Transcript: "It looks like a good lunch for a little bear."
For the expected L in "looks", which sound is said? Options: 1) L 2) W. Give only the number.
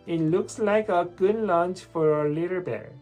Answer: 1